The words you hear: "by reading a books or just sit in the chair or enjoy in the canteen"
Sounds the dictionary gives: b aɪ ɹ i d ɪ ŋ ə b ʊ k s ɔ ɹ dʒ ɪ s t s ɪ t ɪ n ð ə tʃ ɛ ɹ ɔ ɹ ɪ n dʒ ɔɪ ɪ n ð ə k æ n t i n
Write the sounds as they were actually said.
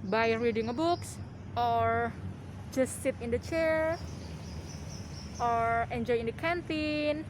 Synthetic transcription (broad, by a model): b aɪ ɹ i d ɪ ŋ ə b ʊ k s ɔ ɹ dʒ ɪ s t s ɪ t ɪ n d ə tʃ ɛ ɹ ɔ ɹ ɪ n dʒ ɔɪ ɪ n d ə k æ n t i n